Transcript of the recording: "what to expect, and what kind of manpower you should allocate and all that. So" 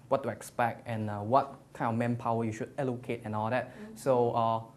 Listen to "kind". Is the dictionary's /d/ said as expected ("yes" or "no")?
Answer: no